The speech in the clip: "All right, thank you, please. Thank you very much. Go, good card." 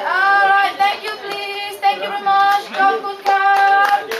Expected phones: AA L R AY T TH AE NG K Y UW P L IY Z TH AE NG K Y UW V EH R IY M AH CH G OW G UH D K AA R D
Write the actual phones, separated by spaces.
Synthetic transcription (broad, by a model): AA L R AY T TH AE NG K Y UW P L IY Z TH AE NG K Y UW V EH R IY M AH CH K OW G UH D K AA